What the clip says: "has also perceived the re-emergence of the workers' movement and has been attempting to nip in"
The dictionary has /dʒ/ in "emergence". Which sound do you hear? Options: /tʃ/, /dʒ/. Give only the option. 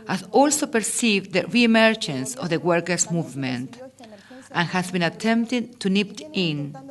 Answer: /tʃ/